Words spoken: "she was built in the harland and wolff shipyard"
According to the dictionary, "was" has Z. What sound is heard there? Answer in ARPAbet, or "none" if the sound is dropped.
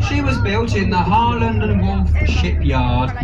Z